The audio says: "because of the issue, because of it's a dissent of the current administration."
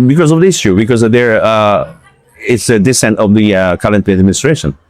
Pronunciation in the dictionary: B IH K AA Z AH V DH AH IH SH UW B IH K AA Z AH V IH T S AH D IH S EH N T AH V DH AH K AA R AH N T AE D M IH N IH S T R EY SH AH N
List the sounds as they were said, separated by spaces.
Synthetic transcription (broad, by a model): B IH K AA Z AH V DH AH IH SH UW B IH K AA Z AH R IH T S AH D IH S EH N T AH V DH AH K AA L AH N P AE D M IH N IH S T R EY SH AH N